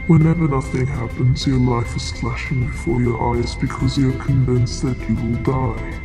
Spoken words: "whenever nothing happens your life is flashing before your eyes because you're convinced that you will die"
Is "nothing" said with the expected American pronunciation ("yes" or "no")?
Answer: yes